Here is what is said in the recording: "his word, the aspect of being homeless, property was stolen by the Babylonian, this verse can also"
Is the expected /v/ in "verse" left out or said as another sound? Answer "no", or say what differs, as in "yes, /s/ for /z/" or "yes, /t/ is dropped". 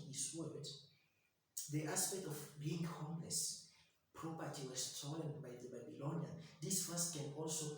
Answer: yes, /f/ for /v/